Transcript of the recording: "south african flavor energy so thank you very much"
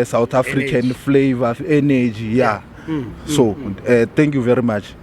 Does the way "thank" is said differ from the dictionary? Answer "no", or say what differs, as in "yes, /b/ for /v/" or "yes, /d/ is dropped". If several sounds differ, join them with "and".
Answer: yes, /t/ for /θ/